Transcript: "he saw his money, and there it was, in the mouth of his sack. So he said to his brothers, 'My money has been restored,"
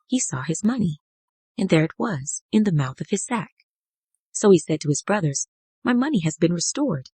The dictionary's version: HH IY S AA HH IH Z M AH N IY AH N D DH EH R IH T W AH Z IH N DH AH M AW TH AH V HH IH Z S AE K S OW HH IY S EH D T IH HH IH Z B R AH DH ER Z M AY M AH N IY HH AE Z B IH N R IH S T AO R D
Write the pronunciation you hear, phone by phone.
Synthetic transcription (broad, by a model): HH IY S AA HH IH Z M AH N IY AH N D DH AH R IH T W AH Z IH N DH AH M AW TH AH V IH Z S AE K S OW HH IY S EH D T IH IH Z B R AH DH ER Z M AY M AH N IY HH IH Z B IH N R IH S T AO R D